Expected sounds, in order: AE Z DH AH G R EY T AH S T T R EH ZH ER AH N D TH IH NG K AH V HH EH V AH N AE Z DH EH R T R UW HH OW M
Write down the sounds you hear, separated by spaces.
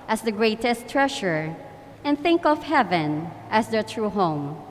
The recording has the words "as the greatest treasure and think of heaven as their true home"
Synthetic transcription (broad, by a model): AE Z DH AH G R EY T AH S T T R EH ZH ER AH N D TH IH NG K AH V HH EH V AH N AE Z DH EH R T R UW HH OW M